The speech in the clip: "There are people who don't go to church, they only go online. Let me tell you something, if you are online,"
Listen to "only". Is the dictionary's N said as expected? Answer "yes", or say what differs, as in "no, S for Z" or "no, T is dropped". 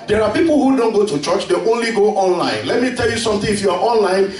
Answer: yes